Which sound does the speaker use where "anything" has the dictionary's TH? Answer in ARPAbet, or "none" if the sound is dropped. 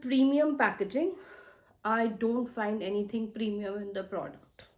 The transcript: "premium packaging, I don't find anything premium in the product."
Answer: T